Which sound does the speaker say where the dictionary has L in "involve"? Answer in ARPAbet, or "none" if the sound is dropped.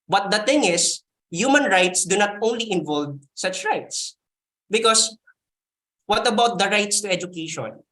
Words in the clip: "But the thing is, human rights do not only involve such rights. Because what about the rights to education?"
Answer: L